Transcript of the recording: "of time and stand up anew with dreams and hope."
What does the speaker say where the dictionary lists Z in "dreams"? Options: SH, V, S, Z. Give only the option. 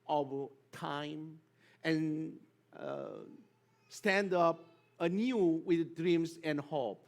S